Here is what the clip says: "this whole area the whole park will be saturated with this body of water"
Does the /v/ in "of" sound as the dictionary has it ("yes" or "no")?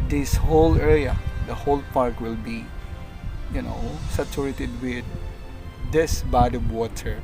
no